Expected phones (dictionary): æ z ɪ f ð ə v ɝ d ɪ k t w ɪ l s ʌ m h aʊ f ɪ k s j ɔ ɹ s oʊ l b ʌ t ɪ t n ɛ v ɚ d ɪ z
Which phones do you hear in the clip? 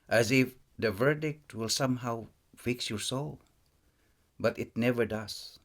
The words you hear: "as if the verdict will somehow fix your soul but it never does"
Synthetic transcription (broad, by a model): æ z ɪ f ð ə v ɝ d ɪ k t w ɪ l s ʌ m h aʊ f ɪ k s j ɔ ɹ s oʊ l b ʌ t ɪ t n ɛ v ɚ d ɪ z